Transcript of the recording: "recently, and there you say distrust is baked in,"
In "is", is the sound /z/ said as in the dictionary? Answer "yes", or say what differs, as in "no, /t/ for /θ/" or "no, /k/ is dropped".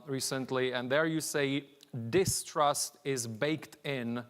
yes